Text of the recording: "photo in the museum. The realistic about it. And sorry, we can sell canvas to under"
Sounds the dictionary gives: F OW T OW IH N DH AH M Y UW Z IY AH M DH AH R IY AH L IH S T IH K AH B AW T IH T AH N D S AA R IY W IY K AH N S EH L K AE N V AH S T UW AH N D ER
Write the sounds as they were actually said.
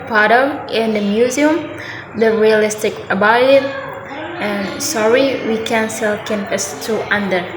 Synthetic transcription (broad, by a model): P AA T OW IH N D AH M Y UW Z IY AH M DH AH R IY AH L IH S T IH K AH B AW IH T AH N S AA R IY W IY K AH N S EH L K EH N P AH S T UW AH N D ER